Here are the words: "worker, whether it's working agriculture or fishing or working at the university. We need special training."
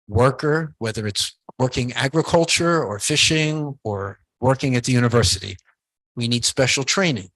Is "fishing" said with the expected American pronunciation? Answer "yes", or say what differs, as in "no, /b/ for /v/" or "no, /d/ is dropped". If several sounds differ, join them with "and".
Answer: yes